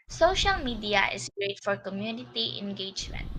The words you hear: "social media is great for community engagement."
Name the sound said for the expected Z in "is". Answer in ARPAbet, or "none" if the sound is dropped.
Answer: S